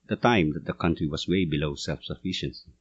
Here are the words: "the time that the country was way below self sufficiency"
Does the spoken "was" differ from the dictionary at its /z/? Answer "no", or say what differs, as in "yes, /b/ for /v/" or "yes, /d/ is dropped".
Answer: yes, /s/ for /z/